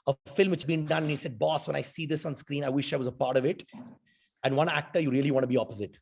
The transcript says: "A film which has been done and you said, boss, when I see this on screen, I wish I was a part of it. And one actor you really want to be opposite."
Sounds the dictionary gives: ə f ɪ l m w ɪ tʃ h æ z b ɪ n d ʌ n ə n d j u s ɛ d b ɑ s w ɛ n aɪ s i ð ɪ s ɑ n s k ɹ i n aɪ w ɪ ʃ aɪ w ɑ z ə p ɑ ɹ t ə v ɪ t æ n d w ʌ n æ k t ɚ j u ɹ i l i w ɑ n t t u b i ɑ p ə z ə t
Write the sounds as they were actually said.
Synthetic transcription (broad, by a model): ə f ɪ l m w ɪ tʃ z b ɪ n d ʌ n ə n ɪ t s ɛ d b ɑ s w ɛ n aɪ s i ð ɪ s ɑ n s k ɹ i n aɪ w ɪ ʃ aɪ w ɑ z ə p ɑ ɹ t ə v ɪ t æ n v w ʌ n æ k t ɚ j u ɹ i l i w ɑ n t t u b i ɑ p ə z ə t